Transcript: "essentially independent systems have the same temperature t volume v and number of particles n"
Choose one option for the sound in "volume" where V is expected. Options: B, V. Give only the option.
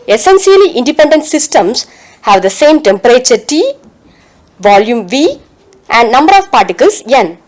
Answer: V